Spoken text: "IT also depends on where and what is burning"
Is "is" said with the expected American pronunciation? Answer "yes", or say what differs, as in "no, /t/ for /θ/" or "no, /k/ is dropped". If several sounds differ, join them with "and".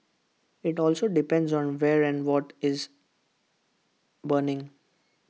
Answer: yes